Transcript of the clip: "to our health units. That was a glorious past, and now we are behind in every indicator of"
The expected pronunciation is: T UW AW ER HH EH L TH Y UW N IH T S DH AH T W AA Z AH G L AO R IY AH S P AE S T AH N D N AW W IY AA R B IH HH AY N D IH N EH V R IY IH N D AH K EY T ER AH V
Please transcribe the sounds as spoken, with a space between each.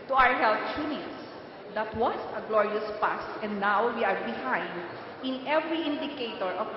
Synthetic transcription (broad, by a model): T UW AW ER HH EH L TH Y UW N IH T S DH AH T W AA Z AH G L AO R IY AH S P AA S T AH N D N AW W IY AA R B IH HH AY N D IH N EH V R IY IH N D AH K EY T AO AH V